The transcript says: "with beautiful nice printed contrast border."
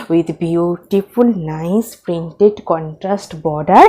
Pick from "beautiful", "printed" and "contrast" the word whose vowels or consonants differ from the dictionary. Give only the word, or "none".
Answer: none